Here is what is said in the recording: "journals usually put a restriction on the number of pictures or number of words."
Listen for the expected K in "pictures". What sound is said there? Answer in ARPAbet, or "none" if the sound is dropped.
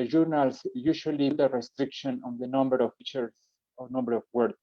none